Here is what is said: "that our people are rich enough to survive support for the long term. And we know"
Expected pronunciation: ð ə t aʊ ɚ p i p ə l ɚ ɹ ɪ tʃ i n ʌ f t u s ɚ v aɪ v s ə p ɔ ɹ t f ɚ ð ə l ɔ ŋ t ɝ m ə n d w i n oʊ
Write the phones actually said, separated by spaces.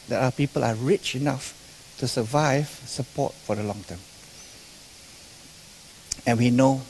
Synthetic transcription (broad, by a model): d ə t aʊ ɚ p i p ə l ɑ ɹ ɪ tʃ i n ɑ f t u s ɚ v aɪ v s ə p ɔ t f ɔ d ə l ɔ ŋ t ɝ m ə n w i n oʊ